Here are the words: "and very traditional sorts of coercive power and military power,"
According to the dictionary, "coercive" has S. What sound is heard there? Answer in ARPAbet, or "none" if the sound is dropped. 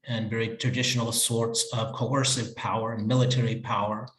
S